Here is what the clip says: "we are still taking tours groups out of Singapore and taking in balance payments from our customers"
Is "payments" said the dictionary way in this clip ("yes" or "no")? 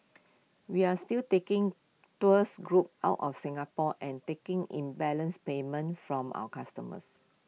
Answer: no